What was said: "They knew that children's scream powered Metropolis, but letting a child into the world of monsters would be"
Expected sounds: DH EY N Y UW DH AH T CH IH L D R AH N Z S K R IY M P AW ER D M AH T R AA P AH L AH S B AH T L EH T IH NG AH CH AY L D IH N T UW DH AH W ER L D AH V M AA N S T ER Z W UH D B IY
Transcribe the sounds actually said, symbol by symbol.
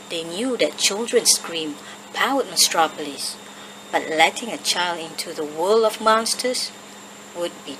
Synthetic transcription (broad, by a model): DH EY N Y UW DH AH T CH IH L D R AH N S K R IY M P AW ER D M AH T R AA P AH L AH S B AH T L EH T IH NG AH CH AY L D IH N T UW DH AH W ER L AH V M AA N S T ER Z W UH D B IY